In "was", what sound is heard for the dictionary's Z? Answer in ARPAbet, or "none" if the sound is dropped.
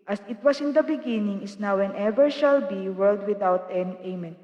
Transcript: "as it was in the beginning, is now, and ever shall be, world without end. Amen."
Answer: S